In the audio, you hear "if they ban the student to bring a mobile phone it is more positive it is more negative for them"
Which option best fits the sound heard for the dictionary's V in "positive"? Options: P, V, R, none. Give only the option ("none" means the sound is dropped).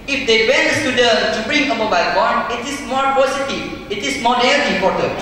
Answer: none